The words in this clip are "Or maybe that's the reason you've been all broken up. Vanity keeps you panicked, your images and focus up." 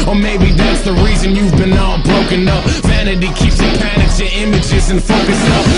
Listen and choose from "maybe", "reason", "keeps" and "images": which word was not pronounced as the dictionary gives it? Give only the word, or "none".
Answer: none